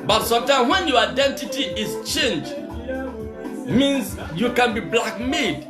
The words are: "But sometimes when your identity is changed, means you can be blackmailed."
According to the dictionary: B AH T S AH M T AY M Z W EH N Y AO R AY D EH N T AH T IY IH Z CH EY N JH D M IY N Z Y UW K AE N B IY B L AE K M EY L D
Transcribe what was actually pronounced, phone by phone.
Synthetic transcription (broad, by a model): B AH T S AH M T AY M W EH N Y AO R AY D EH N T AH T IY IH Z CH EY N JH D M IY N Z Y UW K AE N B IY B L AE K M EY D